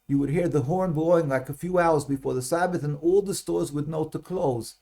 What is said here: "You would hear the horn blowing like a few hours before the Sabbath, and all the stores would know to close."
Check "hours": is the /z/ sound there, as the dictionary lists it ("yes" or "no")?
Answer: yes